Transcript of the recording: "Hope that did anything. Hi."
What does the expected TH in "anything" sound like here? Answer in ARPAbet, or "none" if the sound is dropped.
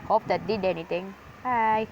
T